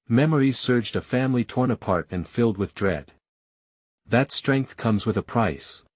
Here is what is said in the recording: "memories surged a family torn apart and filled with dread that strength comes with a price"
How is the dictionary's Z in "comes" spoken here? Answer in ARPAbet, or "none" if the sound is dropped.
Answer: Z